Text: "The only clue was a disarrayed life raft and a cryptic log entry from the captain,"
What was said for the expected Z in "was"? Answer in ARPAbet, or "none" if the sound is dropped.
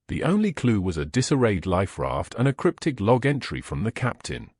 Z